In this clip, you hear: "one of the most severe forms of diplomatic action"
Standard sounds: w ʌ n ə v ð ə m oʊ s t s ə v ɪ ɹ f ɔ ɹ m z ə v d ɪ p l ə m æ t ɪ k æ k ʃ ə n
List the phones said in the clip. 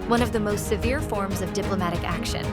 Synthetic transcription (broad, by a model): w ʌ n ə v ð ə m oʊ s t s ə v ɪ ɹ f ɔ ɹ m z ə v d ɪ p l ə m æ t ɪ k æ k ʃ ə n